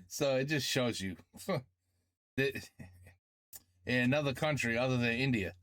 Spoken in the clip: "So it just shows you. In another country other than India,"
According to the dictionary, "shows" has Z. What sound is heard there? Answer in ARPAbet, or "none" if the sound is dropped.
Z